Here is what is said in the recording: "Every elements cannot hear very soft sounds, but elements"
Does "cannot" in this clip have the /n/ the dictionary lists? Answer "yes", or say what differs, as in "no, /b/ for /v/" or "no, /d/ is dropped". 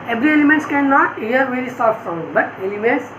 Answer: yes